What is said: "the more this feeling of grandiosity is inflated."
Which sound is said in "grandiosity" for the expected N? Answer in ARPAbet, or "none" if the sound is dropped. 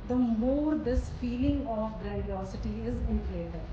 none